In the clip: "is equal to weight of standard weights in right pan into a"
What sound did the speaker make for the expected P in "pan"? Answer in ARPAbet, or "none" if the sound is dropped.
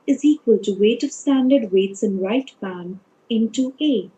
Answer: B